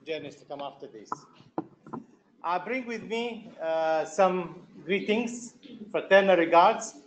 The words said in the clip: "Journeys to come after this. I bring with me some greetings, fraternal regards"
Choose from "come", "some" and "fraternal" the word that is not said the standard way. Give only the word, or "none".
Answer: fraternal